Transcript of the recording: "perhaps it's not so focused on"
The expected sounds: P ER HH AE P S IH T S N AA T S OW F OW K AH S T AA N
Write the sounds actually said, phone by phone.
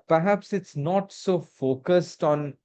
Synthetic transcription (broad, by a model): P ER HH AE P S IH T S N AA T S OW F OW K AH S T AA N